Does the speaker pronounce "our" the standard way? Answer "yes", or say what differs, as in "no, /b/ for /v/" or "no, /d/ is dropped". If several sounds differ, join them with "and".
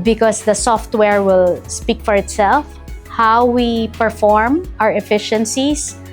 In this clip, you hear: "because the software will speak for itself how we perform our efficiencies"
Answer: yes